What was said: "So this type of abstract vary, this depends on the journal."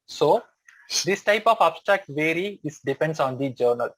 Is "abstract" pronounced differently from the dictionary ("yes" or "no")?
no